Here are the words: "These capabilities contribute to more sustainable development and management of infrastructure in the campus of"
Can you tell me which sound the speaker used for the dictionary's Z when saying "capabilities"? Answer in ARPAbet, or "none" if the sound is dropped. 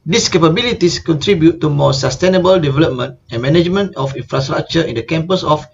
S